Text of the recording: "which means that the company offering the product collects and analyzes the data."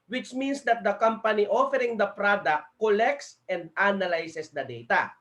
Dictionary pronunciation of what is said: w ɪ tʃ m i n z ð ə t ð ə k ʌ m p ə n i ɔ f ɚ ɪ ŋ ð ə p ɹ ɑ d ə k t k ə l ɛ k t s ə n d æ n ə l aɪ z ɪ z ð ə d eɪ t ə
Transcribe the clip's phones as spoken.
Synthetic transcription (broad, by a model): w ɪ tʃ m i n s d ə t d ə k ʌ m p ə n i ɔ f ɚ ɪ ŋ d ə p ɹ ɑ d ə k t k ə l ɛ k t s ə n d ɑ n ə l aɪ s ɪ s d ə d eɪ t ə